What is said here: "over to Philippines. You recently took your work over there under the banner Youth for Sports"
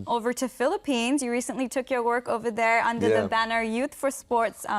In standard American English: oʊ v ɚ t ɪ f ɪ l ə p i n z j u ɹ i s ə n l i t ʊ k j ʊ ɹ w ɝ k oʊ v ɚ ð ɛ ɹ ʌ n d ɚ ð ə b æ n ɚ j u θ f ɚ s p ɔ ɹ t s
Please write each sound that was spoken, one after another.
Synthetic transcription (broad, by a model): oʊ v ɚ t ɪ f ɪ l ə p i n z j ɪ ɹ i s ə n l i t ʊ k j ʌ ɹ w ɝ k oʊ v ɚ ð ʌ ɹ ʌ n d ɚ ð ə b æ n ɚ j u θ f ɚ s p ɔ ɹ t s